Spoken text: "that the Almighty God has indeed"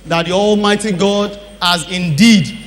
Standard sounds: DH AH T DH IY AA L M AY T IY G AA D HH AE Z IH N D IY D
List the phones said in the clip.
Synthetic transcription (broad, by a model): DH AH T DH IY AA L M AY T IY G AA D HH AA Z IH N D IY D